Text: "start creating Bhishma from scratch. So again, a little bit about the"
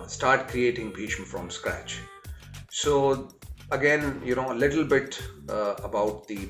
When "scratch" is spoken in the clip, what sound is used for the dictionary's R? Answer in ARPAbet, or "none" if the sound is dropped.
R